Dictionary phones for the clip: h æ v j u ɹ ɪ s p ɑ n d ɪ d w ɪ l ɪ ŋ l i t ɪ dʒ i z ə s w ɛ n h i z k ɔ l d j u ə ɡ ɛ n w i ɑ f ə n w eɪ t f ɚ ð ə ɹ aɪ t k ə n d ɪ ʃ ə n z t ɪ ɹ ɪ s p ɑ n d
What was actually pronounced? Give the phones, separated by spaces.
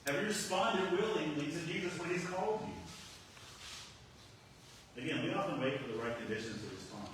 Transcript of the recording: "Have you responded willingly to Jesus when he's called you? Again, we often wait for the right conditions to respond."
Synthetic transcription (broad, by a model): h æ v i ɹ ɪ s p ɑ n d ɪ d w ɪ l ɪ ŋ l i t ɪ dʒ i z ə s w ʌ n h i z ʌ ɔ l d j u ə ɡ ɛ n w i ɑ f ə n w eɪ t f ɚ ð ə ɹ aɪ t k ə n d ɪ ʃ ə n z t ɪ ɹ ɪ s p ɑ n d